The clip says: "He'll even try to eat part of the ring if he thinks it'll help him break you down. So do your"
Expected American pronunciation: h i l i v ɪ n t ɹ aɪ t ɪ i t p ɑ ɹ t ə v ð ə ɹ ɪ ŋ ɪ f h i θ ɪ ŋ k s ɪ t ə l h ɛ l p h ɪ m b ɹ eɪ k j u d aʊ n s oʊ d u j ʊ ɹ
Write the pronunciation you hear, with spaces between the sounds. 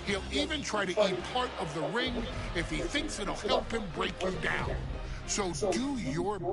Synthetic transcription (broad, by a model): h i l i v ɪ n t ɹ aɪ t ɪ i t p ɑ ɹ t ə v ð ə ɹ ɪ ŋ ɪ f h i θ ɪ ŋ k s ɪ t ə l h ɛ l p h ɪ m b ɹ eɪ k j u d aʊ n s oʊ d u j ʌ ɹ